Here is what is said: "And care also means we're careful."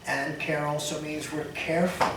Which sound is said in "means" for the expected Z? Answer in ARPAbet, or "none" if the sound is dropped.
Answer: Z